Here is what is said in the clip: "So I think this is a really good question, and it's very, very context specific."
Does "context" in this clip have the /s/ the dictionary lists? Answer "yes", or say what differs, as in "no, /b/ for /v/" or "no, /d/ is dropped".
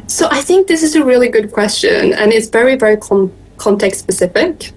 no, /s/ is dropped